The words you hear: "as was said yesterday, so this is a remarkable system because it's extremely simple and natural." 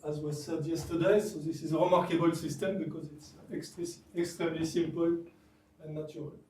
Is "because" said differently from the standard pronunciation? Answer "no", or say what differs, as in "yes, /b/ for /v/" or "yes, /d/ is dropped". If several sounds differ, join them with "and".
no